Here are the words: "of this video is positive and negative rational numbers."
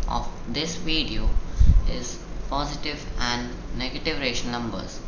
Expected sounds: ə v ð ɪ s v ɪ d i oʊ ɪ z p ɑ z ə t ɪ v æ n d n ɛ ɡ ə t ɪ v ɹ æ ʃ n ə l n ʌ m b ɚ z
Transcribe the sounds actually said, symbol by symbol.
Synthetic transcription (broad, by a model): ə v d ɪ s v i d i oʊ ɪ z p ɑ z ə t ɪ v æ n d n ɛ ɡ ə t ɪ v ɹ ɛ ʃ ə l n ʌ m b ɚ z